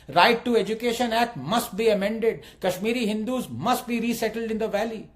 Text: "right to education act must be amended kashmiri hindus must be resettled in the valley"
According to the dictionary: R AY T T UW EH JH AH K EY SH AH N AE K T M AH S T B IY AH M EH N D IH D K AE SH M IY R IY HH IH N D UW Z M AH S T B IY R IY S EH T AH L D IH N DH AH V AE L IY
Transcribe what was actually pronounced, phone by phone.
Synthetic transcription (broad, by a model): R AY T T UW EH JH AH K EY SH AH N AE K T M AH S T B IY AH M EH N D IH D K AE SH M IY R IY HH IH N D UW Z M AH S T B IY R IY S EH T AH L D IH N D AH V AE L IY